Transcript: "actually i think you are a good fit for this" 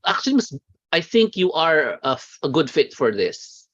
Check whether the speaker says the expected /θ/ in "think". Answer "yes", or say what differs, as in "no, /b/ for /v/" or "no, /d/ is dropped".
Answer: yes